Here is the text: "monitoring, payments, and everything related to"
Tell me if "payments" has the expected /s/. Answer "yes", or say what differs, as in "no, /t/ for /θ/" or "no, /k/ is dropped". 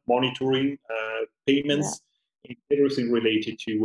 yes